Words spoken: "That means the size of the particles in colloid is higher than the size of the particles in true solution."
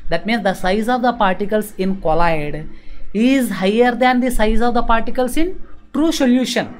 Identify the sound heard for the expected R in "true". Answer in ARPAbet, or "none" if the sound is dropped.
R